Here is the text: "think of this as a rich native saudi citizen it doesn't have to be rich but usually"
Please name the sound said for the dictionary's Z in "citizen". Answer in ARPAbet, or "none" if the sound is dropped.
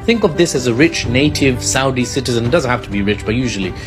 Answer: Z